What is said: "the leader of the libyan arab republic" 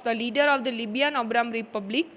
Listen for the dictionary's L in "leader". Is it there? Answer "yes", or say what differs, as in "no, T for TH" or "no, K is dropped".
yes